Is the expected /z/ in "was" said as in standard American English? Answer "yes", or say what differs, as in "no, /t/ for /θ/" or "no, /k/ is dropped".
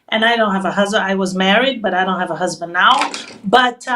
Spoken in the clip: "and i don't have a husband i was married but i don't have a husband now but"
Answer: yes